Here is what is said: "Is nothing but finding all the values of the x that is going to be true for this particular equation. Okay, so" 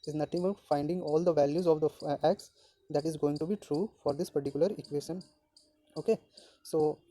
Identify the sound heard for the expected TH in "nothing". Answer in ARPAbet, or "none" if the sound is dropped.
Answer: T